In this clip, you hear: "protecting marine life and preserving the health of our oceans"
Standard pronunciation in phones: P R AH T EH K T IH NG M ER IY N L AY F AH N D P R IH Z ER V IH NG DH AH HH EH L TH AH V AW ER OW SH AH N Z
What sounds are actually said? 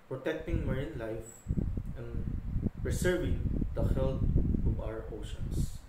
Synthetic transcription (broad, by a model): P R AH T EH K T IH NG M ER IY N L AY F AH N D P R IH S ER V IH NG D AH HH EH L T AH V AW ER OW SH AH N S